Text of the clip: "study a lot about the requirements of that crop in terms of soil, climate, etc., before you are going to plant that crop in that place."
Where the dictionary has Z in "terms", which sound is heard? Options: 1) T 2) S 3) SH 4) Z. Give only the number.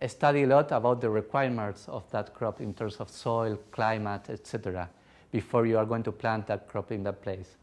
2